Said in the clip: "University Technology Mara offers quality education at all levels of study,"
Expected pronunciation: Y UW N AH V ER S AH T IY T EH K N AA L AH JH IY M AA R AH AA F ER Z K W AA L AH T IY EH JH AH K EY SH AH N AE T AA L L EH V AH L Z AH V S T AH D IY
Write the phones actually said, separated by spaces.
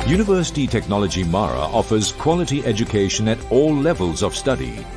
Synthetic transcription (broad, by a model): Y UW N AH V ER S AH T IY T EH K N AA L AH JH IY M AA R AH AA F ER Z K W AA L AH T IY EH JH AH K EY SH AH N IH T AA L L EH V AH L Z AH V S T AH D IY